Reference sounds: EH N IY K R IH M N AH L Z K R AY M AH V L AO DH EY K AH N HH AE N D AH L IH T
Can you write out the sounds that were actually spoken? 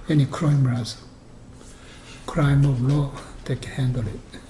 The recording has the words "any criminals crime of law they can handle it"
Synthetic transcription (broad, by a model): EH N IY K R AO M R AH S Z K R AY M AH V L AO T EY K HH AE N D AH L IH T